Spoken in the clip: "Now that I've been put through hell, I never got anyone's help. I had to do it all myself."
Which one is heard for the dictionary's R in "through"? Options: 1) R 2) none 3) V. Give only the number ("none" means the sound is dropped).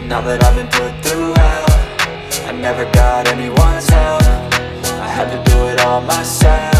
1